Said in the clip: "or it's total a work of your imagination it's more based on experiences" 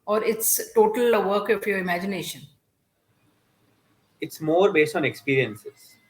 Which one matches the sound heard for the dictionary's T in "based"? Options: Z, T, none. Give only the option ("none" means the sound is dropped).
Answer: T